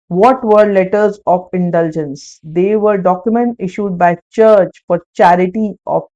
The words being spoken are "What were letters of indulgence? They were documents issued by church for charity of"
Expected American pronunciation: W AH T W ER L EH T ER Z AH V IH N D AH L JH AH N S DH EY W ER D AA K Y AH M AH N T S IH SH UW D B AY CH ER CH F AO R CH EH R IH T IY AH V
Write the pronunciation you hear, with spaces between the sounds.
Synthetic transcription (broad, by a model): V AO T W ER L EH T ER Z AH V IH N D AH L JH AH N S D EY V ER D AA K Y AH M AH N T IH SH UW D B AY CH ER CH F AO R CH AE R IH T IY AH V